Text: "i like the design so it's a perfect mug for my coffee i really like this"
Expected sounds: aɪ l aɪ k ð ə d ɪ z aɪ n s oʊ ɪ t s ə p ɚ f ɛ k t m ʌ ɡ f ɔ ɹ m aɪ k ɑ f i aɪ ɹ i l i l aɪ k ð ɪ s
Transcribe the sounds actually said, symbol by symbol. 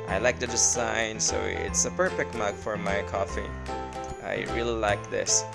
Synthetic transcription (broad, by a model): aɪ l aɪ k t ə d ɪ s aɪ n s oʊ ɪ t s ə p ɚ f ɛ k t m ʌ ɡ f ɔ ɹ m aɪ k ɑ f i aɪ ɹ i l i l aɪ k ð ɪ s